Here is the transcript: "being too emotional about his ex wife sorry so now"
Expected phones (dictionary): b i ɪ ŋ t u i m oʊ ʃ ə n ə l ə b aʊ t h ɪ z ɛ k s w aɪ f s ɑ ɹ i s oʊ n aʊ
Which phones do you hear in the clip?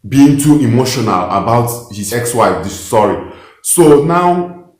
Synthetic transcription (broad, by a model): b i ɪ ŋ t u i m oʊ ʃ ə n ə l ə b aʊ t h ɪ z ɛ k s w aɪ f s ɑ ɹ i s oʊ n aʊ